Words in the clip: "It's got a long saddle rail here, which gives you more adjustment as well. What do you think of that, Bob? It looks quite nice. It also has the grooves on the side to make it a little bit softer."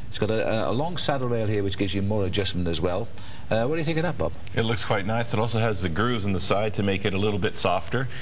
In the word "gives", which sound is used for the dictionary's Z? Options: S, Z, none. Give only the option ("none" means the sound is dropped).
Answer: Z